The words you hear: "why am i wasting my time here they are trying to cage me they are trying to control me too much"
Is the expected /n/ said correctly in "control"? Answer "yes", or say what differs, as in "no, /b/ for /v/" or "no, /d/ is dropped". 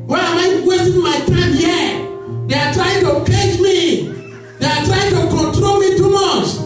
yes